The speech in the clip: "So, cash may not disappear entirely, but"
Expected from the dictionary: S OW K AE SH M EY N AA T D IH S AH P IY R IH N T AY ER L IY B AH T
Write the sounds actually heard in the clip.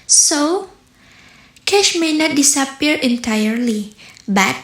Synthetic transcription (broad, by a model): S OW K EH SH M EY N AA T D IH S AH P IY R IH N T AY ER L IY B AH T